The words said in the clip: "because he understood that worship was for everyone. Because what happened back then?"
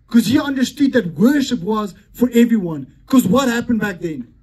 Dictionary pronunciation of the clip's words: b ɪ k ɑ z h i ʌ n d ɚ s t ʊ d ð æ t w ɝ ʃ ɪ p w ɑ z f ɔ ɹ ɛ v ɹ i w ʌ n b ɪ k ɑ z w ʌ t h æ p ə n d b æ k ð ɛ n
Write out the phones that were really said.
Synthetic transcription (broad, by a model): k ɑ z h i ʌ n d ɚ s t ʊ d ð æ t w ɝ ʃ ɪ p w ɑ z f ɔ ɹ ɛ v ɹ i w ʌ n k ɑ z w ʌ t h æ p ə n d b æ k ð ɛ n